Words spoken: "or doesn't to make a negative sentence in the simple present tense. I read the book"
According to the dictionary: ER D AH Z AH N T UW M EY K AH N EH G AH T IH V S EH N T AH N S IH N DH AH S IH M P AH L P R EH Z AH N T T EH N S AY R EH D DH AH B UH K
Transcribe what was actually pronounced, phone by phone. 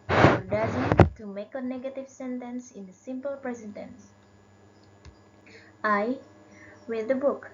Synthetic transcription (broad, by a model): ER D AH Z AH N T UW M EY K AH N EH G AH T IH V S EH N T AH N S IH N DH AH S IH M P AH L P R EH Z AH N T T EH N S AY W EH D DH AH B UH K